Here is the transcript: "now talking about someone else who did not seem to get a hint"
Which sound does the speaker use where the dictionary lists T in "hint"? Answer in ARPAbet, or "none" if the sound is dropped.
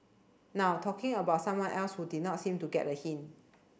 none